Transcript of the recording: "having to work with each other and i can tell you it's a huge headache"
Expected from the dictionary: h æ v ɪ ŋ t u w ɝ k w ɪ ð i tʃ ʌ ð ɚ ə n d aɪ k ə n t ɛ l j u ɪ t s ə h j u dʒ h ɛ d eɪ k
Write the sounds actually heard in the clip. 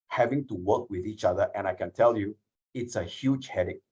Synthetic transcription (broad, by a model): h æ v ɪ ŋ t u w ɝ k w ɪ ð i tʃ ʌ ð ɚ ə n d aɪ k ə n t ɛ l j u ɪ t s ə h j u dʒ h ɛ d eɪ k